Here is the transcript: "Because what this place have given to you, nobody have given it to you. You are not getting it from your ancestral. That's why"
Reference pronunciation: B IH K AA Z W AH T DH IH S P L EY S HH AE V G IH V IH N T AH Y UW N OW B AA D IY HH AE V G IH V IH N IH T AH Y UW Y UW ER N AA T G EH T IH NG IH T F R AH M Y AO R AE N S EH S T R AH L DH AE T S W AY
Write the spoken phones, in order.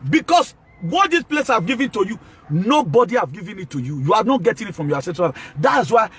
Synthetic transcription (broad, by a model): B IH K AA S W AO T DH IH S P L EY S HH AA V G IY V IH N T AH Y UW N OW B AA D IY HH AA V G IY V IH N IH T AH Y UW Y UW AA N AA T G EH T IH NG IH T F R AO M Y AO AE S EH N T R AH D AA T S W AY